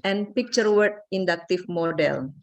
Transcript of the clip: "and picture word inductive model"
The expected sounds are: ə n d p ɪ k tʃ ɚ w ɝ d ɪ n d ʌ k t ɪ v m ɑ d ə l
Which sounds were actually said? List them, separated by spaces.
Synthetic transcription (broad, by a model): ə n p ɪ k tʃ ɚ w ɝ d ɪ n d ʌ k t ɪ f m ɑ d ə l